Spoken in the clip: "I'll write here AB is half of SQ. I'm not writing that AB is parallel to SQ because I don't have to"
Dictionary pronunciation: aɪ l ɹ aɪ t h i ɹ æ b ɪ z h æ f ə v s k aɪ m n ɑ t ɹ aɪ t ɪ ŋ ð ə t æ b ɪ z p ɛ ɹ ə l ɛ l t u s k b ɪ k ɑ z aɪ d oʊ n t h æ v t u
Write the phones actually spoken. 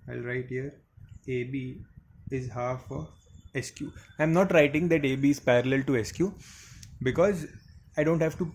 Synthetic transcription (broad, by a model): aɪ l ɹ aɪ t h i ɹ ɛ b ɪ z h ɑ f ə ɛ s k aɪ m n ɑ t ɹ aɪ t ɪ ŋ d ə t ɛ b ɪ z p ɛ ɹ ə l ɛ l t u s k b ɪ k ɑ z aɪ d oʊ n t h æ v t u